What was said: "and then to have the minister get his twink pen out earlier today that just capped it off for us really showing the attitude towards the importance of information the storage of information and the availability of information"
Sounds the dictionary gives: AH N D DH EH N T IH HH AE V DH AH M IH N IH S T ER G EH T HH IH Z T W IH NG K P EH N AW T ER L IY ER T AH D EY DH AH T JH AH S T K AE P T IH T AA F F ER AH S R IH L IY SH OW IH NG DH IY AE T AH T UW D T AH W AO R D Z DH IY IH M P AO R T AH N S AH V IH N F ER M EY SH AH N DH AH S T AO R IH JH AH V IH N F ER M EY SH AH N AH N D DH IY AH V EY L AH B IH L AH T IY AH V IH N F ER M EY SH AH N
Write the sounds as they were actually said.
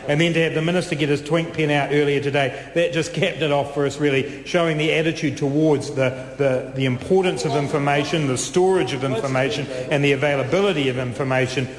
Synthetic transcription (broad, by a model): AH N DH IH N T IH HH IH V DH AH M IH N IH S T ER G EH T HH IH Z T W IH NG K P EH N AW T ER L IY ER T AH D EY DH AH T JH AH S K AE P T IH T AA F F ER AH S R IH L IY SH OW IH NG DH IY AE T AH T UW D T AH W AO R D Z DH IY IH M P AO R T N S AH V IH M F ER M EY SH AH N DH AH S T AO R IH JH AH V IH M F ER M EY SH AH N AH N DH IY AH V EY L AH B IH L AH T IY AH V IH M F ER M EY SH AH N